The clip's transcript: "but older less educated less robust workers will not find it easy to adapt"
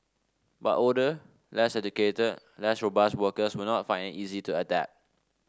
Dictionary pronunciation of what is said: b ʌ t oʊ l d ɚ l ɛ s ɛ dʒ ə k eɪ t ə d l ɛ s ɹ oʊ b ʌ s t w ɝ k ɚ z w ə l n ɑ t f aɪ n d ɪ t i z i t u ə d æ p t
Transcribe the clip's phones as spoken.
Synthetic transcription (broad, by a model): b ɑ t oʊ d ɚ l ɛ s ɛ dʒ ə k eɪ t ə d l ɛ s ɹ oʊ b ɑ s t w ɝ k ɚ s w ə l n ɑ t f aɪ n d ɪ t i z i t u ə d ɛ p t